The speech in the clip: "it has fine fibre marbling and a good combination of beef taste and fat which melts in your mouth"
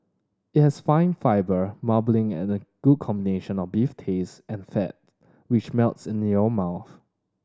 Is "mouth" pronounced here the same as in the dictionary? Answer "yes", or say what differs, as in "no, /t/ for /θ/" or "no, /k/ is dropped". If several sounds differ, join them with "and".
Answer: yes